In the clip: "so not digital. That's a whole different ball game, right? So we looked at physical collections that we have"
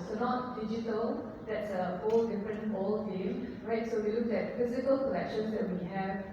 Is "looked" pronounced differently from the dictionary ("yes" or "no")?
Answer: yes